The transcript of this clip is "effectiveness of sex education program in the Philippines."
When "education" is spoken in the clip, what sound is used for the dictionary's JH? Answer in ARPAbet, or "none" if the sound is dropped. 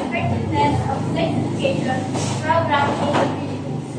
none